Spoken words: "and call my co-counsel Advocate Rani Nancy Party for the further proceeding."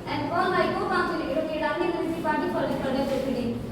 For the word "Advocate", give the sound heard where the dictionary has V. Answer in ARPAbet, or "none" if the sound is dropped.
none